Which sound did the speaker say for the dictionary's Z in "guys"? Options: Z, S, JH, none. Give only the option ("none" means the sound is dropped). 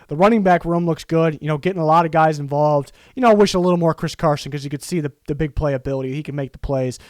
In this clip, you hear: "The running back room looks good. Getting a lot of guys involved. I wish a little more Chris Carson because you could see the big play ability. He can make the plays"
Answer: Z